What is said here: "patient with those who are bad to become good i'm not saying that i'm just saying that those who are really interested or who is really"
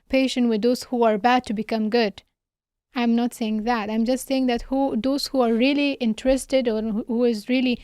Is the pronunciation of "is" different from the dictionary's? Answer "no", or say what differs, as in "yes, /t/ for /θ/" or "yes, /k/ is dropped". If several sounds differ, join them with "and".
no